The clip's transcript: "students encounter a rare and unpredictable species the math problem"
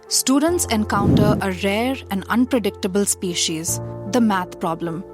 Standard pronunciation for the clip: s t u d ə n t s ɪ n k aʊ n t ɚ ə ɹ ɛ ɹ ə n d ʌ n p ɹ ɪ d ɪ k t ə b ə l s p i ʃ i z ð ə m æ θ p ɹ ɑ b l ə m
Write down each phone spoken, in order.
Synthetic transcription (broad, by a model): s t u d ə n t s ɪ n k aʊ n t ɚ ə ɹ ɛ ɹ ə n d ʌ n p ɹ ɪ d ɪ k t ə b ə l s p i ʃ i z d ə m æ t p ɹ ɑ b l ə m